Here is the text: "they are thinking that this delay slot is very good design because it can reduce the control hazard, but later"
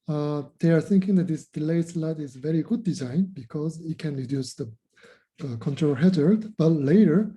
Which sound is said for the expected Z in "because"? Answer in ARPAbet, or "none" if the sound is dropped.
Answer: Z